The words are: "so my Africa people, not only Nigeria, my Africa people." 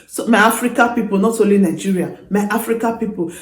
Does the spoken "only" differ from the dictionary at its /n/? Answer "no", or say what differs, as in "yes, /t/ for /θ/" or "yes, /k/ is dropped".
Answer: yes, /n/ is dropped